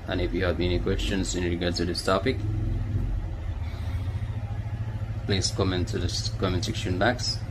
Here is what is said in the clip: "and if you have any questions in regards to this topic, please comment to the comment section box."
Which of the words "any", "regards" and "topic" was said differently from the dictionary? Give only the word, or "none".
regards